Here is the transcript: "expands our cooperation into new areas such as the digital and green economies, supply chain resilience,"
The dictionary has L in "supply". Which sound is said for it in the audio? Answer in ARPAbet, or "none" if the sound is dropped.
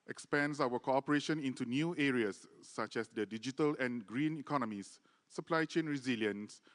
L